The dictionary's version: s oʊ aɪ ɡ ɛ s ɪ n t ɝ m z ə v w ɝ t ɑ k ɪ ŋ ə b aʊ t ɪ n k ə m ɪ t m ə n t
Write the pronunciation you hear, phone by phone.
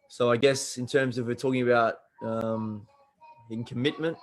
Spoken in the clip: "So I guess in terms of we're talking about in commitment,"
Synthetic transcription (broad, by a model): s oʊ aɪ ɡ ɛ s ɪ n t ɝ m z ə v w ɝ t ɑ k ɪ ŋ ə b aʊ t ɪ n k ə m ɪ t m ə n t